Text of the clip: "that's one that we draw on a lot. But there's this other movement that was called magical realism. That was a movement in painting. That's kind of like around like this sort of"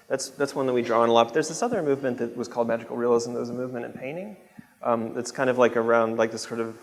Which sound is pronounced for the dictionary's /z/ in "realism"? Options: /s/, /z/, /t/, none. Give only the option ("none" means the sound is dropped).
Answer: /z/